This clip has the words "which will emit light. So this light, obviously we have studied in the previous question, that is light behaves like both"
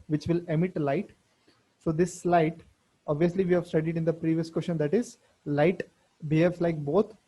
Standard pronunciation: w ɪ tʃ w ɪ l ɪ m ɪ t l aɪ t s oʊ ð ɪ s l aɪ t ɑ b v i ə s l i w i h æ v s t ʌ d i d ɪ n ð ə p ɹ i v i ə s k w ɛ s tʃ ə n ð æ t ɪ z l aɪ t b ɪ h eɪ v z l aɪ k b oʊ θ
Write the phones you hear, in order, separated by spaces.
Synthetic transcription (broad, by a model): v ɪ tʃ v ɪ l ɪ m ɪ t l aɪ t s oʊ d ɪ s l aɪ t ɑ b v i ə s l i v i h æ v s t ʌ d i d ɪ n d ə p ɹ i v i ə s k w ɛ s ʃ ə n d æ t ɪ z l aɪ t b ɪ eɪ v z l aɪ k b oʊ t